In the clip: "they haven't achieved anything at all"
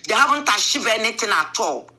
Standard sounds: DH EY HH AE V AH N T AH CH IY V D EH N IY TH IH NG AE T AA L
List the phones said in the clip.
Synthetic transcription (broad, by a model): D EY HH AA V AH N T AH SH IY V EH N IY T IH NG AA T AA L